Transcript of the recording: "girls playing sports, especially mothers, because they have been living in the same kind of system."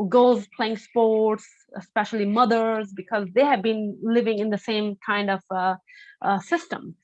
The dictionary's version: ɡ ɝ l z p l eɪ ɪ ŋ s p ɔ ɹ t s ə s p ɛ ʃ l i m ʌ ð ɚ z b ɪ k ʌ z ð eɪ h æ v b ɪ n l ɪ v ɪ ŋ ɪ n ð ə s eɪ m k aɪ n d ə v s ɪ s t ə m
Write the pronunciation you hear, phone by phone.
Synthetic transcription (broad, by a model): ɡ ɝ l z p l eɪ ɪ ŋ s p ɔ ɹ t s ə s p ɛ ʃ l i m ʌ ð ɚ z b ɪ k ʌ z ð eɪ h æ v b ɪ n l ɪ v ɪ ŋ ɪ n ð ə s eɪ m k aɪ n d ə v s ɪ s t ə m